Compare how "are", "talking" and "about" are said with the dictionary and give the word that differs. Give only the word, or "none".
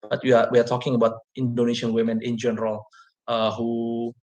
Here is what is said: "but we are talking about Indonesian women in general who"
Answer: are